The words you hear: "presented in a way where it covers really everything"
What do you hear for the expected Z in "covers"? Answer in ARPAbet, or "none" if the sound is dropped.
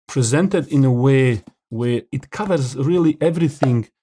Z